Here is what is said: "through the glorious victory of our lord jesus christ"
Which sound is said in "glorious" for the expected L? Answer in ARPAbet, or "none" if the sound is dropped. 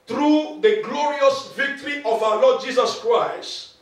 L